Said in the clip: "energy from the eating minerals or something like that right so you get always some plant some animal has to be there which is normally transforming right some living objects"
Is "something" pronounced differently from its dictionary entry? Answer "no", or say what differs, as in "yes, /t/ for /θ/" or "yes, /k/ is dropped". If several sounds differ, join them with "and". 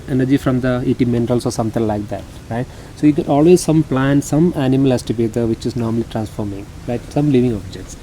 yes, /t/ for /θ/